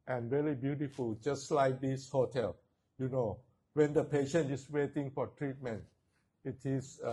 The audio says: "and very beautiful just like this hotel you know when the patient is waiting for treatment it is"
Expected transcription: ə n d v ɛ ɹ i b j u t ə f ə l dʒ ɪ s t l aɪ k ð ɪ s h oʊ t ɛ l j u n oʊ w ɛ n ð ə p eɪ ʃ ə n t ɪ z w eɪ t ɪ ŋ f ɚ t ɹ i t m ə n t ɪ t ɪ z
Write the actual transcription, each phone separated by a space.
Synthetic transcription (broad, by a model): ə n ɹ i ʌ l i b j u t ə f ə l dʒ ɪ s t l aɪ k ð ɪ s h oʊ t ɛ l j u n oʊ w ɛ n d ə p eɪ ʃ ə n t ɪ s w eɪ t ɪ ŋ f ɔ t ɹ i t m ə n t ɪ t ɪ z